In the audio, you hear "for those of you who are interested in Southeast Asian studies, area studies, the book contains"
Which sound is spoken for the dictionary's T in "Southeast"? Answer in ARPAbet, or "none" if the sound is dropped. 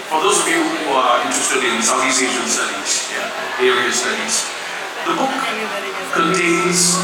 none